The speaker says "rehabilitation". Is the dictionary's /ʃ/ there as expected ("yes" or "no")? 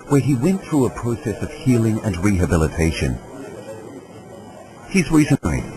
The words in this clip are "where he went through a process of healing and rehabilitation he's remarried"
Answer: yes